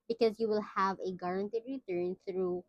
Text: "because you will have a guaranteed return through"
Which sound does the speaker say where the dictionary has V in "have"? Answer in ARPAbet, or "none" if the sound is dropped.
V